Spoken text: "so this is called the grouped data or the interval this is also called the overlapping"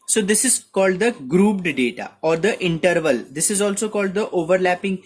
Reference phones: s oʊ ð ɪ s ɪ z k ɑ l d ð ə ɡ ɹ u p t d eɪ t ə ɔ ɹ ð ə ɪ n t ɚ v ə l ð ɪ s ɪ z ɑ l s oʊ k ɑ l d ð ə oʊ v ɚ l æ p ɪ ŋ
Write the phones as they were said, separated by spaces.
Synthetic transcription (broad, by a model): s oʊ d ɪ s ɪ z k ɑ l d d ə ɡ ɹ u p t d eɪ t ə ɔ ɹ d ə ɪ n t ɚ v ə l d ɪ s ɪ z ɑ l s oʊ k ɑ l d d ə oʊ v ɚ l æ p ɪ ŋ